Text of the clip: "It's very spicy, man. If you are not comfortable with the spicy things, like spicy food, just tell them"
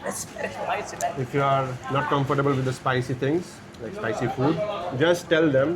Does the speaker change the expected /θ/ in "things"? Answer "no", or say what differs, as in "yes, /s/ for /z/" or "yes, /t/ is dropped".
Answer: yes, /t/ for /θ/